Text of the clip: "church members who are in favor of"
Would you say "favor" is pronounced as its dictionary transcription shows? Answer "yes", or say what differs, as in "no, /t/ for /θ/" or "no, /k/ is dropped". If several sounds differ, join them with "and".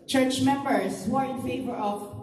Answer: yes